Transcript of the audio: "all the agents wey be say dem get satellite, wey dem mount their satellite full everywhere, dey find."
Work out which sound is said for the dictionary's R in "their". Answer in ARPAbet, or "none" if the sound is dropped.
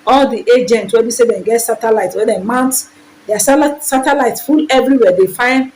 L